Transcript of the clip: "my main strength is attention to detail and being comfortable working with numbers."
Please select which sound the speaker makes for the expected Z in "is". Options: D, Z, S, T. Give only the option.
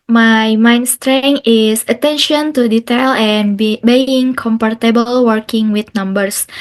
S